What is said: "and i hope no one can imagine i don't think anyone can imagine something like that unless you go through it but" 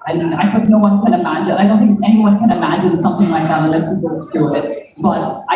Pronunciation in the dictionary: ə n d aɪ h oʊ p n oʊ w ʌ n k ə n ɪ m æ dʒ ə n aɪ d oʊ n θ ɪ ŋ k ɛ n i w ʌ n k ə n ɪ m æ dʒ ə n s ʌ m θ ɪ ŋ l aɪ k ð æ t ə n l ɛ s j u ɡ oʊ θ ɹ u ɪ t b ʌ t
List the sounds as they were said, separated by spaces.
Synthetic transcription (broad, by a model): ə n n aɪ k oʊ n oʊ w ʌ n k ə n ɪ m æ dʒ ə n aɪ d oʊ n θ ɪ ŋ k ɛ n i w ʌ n k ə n ɪ m æ dʒ ə n s ʌ m θ ɪ ŋ l aɪ k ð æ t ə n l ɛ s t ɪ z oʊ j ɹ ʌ ɪ t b ʌ t